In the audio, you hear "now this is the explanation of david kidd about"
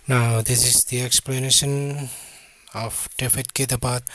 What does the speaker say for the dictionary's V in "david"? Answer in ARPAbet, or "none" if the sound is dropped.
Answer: F